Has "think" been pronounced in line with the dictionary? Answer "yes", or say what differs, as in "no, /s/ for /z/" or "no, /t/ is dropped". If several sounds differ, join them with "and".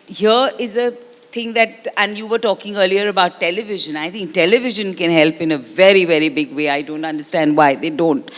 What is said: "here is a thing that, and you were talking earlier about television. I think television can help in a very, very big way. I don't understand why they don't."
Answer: no, /t/ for /θ/